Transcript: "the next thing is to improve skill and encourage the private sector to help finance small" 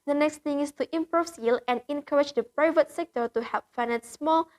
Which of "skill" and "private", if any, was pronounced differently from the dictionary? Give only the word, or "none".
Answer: skill